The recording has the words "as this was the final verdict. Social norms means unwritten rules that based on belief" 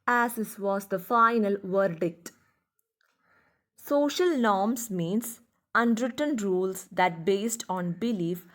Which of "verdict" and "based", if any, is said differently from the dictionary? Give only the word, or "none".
none